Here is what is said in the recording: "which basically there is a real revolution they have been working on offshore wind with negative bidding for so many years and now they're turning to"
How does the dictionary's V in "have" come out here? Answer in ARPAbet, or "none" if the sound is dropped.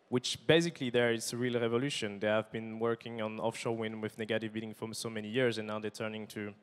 V